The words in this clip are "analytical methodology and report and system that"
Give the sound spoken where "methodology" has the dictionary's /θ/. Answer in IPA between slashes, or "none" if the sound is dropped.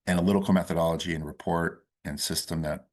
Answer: /θ/